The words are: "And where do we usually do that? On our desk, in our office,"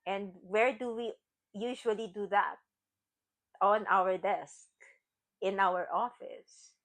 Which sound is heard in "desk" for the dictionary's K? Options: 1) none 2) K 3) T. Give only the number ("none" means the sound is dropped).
2